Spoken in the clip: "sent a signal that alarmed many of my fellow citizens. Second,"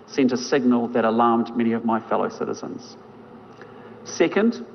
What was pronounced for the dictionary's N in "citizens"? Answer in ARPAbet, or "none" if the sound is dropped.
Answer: N